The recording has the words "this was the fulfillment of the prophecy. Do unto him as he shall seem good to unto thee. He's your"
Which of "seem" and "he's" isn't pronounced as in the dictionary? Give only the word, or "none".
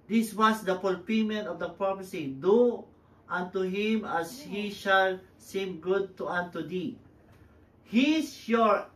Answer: he's